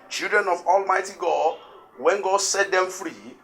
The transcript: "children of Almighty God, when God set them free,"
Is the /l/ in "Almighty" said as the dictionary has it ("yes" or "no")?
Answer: yes